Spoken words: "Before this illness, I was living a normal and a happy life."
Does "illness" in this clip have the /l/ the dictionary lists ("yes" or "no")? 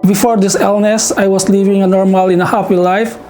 yes